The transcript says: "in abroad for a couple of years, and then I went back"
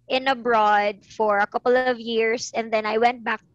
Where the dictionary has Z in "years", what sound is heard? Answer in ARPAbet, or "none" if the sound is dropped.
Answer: S